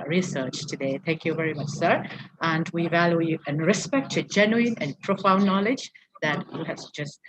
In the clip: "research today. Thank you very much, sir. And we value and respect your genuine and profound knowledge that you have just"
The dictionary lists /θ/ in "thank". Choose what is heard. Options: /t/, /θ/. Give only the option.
/θ/